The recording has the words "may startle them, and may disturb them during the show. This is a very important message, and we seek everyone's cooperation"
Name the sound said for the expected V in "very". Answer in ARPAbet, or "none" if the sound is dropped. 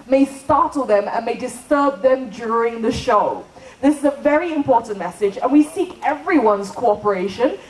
V